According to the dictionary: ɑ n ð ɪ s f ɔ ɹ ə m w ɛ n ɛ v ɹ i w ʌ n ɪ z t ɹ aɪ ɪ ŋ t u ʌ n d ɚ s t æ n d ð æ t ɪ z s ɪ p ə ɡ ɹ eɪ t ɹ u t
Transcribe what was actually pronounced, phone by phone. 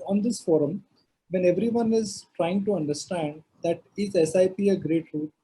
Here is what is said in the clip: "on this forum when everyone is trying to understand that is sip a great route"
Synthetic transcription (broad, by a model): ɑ n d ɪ s f ɔ ɹ ə m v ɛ n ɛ v ɹ i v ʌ n ɪ z t ɹ aɪ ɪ ŋ t u ʌ n d ɚ s t æ n d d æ t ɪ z s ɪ p ə ɡ ɹ eɪ t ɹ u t